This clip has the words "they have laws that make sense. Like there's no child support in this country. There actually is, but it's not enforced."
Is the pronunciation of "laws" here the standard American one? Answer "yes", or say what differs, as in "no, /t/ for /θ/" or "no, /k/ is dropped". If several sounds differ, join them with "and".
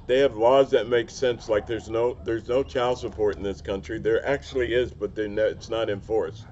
yes